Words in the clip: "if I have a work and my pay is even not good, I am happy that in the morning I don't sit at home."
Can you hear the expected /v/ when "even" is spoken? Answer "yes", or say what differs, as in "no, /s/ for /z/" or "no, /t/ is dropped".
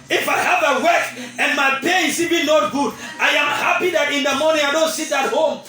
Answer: no, /b/ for /v/